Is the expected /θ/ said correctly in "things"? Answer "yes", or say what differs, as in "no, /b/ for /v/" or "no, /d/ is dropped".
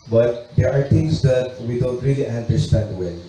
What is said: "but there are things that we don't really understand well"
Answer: no, /t/ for /θ/